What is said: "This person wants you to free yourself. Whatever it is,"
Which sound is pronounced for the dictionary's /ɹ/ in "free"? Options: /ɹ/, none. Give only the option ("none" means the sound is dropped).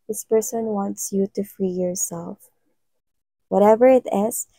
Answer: /ɹ/